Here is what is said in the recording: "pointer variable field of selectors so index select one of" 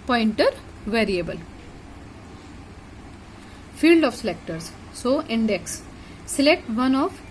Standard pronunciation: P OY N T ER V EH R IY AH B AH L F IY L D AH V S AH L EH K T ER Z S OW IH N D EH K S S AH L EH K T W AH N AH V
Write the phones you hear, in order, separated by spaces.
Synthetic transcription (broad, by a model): P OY N T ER V EH R IY AH B AH L F IY L D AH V S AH L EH K T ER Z S OW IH N D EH K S S AH L EH K T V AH N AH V